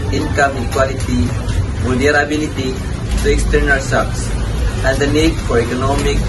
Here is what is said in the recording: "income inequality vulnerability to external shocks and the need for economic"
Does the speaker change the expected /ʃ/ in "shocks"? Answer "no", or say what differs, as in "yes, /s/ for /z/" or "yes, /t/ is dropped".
yes, /s/ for /ʃ/